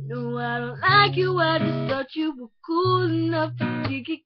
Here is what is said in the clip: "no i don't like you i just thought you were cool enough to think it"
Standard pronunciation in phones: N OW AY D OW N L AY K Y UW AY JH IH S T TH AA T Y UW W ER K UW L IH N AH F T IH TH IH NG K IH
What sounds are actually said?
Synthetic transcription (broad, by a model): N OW AY D OW N L AY K Y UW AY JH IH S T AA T Y UW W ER K UW L IH N AH F T IH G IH K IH